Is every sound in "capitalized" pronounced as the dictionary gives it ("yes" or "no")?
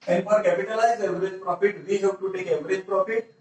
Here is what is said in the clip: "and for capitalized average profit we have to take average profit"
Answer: no